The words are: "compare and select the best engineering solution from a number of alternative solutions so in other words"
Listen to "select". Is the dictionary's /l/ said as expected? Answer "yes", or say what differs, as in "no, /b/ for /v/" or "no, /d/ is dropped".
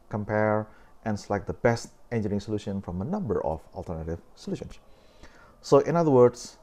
no, /l/ is dropped